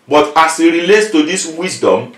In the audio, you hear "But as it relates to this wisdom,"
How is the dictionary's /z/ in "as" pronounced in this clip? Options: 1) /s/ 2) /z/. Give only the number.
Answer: 1